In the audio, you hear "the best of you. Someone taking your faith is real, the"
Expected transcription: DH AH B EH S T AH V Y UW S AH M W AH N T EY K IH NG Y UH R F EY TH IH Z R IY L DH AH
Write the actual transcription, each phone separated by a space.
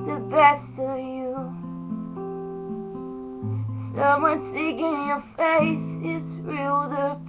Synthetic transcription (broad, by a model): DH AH B EH S T AH V Y UW S AH M W AH N S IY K IH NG Y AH R F EY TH IH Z R IY L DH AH